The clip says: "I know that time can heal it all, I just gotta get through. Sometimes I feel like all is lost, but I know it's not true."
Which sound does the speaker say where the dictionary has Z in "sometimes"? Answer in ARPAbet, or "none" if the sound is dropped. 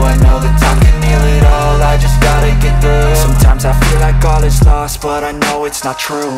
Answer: Z